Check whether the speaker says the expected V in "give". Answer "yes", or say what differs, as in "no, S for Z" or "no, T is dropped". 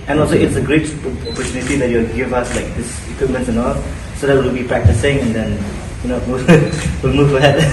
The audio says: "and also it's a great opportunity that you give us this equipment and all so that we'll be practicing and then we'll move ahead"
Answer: yes